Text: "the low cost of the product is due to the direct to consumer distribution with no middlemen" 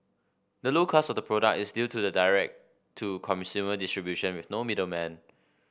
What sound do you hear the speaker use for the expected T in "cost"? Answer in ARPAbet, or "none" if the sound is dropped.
none